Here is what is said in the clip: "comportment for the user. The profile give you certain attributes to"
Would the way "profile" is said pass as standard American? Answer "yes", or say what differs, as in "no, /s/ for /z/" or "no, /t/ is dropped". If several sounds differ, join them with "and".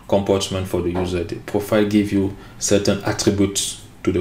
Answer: yes